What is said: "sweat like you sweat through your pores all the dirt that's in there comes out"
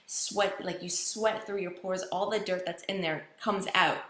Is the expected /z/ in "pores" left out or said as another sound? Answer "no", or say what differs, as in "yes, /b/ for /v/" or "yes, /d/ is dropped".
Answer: no